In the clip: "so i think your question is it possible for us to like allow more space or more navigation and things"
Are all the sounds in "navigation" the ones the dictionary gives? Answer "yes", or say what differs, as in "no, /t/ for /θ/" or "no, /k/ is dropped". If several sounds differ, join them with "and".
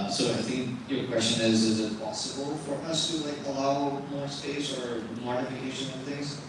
no, /f/ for /v/